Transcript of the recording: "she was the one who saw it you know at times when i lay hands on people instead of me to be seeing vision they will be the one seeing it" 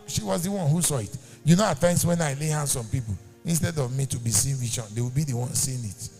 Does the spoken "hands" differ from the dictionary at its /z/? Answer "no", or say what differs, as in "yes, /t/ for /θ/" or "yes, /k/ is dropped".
yes, /s/ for /z/